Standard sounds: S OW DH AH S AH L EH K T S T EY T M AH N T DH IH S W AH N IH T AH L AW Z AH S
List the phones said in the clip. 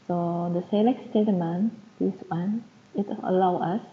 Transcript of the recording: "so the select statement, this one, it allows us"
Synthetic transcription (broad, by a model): S OW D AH S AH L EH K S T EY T M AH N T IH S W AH N IH T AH L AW AH S